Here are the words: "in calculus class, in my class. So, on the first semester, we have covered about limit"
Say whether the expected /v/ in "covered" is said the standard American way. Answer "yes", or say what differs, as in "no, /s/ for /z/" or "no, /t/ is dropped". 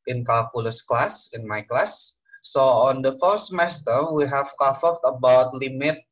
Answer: no, /f/ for /v/